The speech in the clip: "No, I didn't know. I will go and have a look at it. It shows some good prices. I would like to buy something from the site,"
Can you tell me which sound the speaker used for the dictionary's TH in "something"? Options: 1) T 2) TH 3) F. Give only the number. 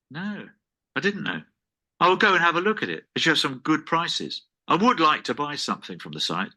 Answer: 2